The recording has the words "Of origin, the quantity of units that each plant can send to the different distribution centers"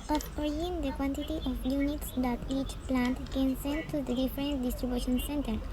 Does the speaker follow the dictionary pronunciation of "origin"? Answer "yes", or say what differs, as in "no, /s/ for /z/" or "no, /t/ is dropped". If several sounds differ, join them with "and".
no, /dʒ/ is dropped